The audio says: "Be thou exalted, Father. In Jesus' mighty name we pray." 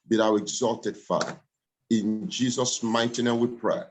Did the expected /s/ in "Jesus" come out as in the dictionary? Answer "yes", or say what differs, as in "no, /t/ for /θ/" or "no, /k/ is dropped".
yes